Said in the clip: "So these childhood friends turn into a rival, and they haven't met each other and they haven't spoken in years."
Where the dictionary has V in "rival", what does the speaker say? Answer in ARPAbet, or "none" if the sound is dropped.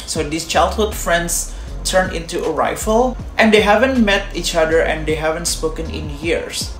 F